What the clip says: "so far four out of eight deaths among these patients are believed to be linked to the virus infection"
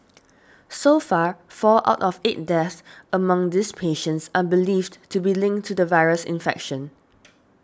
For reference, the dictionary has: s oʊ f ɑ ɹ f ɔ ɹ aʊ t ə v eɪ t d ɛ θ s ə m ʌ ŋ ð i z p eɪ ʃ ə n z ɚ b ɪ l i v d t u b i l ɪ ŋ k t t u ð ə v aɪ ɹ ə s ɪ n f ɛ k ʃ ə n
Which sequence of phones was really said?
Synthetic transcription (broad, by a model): s oʊ f ɑ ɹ f ɔ l aʊ t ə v eɪ t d ɛ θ ə m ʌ ŋ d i s p eɪ ʃ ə n s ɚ b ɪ l i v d t u b i l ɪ ŋ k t t u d ə v aɪ ɹ ə s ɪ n f ɛ k ʃ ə n